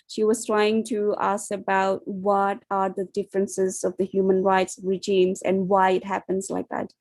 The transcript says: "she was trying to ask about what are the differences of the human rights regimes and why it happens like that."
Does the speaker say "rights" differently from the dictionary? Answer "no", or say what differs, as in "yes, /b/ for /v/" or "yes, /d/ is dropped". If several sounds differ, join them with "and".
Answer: no